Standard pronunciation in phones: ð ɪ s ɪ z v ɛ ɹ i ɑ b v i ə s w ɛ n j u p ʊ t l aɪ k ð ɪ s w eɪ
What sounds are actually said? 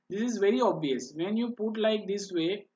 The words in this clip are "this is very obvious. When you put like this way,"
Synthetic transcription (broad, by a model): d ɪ s ɪ z v ɛ ɹ i ɑ b v i ə s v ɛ n j u p ʊ t l aɪ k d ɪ s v eɪ